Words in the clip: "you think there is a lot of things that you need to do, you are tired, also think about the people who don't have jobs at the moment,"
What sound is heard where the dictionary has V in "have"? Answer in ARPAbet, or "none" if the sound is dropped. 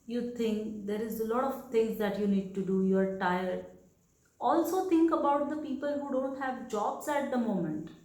V